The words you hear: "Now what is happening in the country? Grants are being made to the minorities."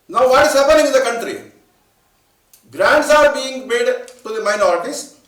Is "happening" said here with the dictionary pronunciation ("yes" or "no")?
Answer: no